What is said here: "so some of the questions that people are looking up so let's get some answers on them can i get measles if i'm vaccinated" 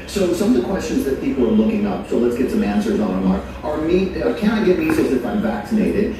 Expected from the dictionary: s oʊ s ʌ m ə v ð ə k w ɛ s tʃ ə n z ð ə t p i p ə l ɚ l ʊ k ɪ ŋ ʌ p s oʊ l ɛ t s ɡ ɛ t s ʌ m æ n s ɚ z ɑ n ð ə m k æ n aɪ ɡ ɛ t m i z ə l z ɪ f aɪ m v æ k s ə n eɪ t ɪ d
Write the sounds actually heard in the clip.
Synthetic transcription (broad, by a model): s oʊ s ʌ m ə v ð ə k w ɛ s tʃ ə n z ð ə t p i p l ɚ l ʊ k ɪ ŋ ʌ p s oʊ l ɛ t s ɡ ɛ t s ʌ m æ n s ɚ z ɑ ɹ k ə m k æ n aɪ ɡ ɛ t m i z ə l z ɪ f aɪ m v æ k s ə n eɪ t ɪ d